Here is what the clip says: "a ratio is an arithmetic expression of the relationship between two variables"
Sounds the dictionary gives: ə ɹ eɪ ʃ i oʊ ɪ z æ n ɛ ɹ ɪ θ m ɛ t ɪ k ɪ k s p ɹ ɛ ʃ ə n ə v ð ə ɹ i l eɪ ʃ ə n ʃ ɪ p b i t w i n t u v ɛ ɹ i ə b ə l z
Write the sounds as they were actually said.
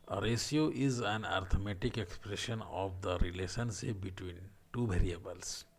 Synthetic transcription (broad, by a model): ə ɹ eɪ s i oʊ ɪ z æ n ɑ ɹ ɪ m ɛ t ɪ k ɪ k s p ɹ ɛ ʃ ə n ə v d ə ɹ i l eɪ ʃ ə n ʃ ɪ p b i t w i n t u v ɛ ɹ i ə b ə l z